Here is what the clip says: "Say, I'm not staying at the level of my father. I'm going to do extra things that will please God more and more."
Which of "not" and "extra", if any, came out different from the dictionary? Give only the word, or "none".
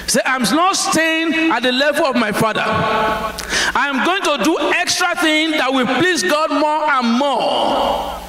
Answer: none